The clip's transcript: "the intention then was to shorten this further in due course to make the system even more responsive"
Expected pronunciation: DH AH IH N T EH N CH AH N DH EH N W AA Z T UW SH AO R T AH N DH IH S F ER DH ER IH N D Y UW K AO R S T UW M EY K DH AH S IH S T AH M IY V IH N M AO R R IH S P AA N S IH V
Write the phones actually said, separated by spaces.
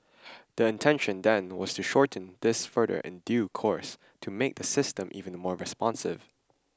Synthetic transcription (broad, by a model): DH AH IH N T EH N SH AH N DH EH N W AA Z T UW SH AO R T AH N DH IH S F ER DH ER IH N D Y UW K AO R S T UW M EY K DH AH S IH S T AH M IY V IH N M AO R R IH S P AA N S IH V